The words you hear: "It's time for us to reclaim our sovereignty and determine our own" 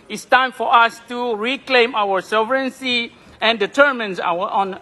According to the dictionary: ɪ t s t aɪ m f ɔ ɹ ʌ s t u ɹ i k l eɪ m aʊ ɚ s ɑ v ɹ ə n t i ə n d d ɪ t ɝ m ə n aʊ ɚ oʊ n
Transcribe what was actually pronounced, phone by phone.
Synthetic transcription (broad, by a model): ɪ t s t aɪ m f ɔ ɹ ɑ s t u ɹ i k l eɪ m aʊ ɚ s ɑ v ɹ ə n s i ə n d d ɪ t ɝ m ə n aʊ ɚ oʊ n